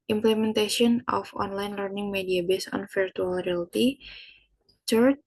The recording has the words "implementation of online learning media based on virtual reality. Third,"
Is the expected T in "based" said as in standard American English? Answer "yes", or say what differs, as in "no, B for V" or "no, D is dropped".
no, T is dropped